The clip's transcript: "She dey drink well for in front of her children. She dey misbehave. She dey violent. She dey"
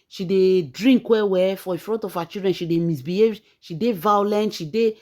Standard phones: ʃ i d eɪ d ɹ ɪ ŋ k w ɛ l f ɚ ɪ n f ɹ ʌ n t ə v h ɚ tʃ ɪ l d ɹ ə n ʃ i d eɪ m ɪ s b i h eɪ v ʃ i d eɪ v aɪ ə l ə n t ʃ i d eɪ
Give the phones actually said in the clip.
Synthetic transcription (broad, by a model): ʃ i d eɪ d ɹ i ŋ k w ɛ w f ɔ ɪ f ɹ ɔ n t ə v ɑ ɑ tʃ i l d ɹ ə n ʃ i d eɪ m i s b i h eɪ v ʃ i d eɪ v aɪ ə l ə n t ʃ i d eɪ